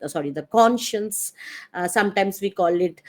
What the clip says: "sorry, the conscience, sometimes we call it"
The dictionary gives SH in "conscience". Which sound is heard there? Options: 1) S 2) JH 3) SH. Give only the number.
3